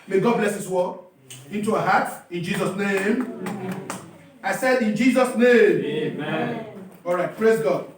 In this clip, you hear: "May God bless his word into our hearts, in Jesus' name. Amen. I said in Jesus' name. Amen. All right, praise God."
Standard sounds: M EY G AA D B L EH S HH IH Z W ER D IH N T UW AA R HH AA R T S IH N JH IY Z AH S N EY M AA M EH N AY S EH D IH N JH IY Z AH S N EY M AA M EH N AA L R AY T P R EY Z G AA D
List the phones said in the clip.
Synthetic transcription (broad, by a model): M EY G AA D B L EH S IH S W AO IH N T UW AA HH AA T IH N JH IY Z AH S N EY M AA IH S EH D IH N JH IY Z AH S N EY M M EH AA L R AY T P R EY Z G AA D